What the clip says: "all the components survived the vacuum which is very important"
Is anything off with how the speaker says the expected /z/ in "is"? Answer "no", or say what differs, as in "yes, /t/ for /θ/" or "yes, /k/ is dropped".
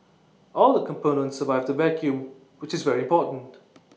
no